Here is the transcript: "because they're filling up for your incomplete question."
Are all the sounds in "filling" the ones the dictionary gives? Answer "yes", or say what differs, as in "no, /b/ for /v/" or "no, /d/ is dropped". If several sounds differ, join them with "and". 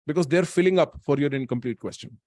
yes